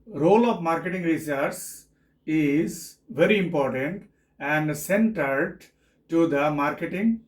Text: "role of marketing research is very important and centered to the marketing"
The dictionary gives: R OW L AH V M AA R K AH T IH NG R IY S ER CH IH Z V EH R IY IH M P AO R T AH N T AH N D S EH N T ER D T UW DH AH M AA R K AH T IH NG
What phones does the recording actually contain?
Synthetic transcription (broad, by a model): R OW L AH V M AA R K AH T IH NG R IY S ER S IH Z V EH R IY IH M P AO R T AH N T AH N D S EH N T ER D T UW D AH M AA R K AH T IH NG